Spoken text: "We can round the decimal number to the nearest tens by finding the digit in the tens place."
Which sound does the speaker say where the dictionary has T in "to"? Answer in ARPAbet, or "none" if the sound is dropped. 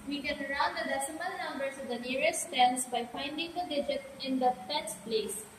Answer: S